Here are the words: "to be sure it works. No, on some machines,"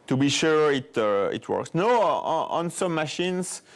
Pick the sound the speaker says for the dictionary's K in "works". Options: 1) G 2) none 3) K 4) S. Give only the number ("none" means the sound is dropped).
3